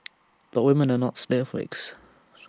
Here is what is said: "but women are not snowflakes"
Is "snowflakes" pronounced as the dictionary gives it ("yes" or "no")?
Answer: no